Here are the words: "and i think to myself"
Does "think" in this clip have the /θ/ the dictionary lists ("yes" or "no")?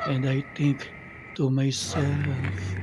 no